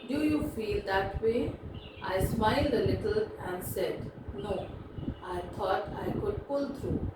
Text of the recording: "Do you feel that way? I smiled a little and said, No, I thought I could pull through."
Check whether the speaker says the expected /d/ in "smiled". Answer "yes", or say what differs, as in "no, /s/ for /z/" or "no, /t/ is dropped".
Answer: yes